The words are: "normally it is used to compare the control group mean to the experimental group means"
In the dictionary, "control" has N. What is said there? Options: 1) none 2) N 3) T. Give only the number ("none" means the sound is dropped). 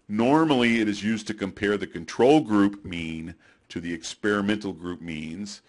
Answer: 2